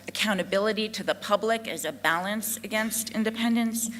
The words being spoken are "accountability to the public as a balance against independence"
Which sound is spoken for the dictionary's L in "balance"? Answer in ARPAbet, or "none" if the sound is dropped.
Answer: L